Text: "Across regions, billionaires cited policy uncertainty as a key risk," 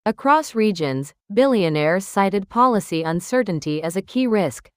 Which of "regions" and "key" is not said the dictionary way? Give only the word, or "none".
none